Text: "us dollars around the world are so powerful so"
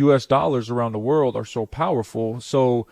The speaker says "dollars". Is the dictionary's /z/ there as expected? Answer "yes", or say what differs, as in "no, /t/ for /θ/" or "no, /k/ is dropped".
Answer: yes